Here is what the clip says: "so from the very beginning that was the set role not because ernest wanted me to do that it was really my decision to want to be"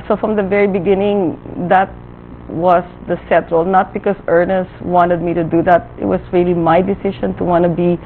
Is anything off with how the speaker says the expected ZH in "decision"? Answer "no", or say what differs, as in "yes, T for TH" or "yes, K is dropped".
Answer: yes, SH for ZH